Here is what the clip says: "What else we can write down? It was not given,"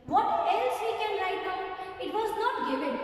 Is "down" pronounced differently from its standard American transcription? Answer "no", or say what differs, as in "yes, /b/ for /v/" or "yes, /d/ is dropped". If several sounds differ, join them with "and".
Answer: yes, /n/ is dropped